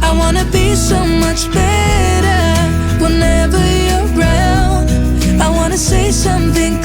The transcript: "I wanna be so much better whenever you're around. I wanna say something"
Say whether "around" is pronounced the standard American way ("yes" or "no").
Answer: no